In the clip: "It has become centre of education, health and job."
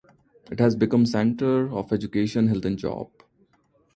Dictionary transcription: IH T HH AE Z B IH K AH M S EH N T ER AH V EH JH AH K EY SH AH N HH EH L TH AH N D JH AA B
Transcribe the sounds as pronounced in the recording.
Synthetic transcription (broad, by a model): IH T HH AE Z B IH K AH M S EH N T ER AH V EH JH AH K EY SH AH N HH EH L T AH N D JH AA B